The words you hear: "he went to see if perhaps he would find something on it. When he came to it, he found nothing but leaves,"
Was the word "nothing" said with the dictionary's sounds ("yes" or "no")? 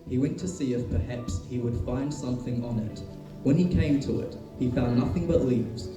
yes